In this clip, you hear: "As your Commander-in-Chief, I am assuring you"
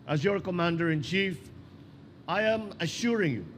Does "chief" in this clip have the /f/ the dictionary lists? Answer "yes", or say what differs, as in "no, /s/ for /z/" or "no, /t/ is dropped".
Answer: yes